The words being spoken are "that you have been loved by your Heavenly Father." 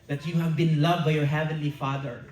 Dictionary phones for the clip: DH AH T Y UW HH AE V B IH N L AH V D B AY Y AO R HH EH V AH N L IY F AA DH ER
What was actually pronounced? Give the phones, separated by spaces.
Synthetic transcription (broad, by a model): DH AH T Y UW HH AE V B IH N L AH V D B AY Y AO R HH EH V AH N L IY F AA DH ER